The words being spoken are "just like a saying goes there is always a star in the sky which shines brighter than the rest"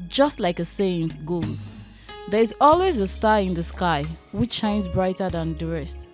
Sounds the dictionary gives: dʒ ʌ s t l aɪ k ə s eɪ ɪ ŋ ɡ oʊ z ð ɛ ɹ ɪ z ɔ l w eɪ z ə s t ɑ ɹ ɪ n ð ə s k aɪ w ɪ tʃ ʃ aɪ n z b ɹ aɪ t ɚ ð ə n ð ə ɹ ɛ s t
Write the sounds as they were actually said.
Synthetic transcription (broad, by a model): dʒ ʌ s t l aɪ k ə s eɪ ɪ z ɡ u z ð ɛ ɹ ɪ z ɔ l w eɪ z ə s t ɑ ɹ ɪ n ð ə s k aɪ w ɪ tʃ ʃ aɪ n z b ɹ aɪ t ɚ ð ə n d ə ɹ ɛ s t